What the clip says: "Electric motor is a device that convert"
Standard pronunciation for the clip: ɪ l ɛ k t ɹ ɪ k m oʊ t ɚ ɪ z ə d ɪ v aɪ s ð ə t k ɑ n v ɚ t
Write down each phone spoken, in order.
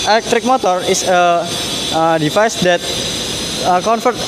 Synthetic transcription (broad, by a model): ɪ l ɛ k t ɹ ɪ k m oʊ t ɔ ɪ s ə d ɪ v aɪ s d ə t k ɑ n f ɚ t